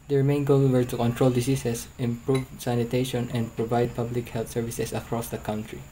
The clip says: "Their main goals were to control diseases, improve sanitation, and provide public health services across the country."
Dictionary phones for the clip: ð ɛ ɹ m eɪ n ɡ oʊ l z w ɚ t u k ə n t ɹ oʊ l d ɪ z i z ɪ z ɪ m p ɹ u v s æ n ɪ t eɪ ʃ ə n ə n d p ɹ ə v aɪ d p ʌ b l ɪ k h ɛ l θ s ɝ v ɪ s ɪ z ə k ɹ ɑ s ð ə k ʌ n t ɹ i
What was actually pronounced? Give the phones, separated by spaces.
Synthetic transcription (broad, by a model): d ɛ ɹ m eɪ n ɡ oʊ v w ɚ t u k ə n t ɹ oʊ l d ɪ s i s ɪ s ɪ m p ɹ u v s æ n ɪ t eɪ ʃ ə n ə n d p ɹ ə v aɪ d p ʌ b l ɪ k h ɛ l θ s ɝ v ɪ s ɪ s ə k ɹ ɑ s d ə k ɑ n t ɹ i